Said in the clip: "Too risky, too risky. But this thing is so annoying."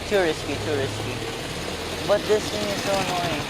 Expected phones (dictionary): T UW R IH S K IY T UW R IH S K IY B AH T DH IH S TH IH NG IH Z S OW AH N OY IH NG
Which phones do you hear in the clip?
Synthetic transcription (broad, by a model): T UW R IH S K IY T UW R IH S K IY B AH T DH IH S T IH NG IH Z S OW N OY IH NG